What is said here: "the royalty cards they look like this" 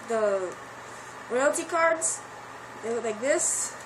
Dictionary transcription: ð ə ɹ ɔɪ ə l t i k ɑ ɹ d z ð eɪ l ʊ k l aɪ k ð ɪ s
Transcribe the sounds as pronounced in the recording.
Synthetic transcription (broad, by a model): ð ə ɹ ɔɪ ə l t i k ɑ ɹ d z ð eɪ w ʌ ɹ l aɪ k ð ɪ s